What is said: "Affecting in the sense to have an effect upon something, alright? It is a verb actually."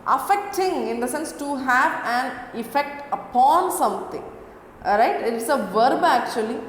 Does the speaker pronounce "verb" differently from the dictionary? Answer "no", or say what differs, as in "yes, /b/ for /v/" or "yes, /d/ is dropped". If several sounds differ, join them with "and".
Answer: no